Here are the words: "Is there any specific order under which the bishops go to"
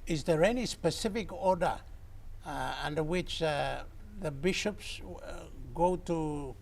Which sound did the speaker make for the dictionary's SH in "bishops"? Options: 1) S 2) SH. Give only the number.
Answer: 2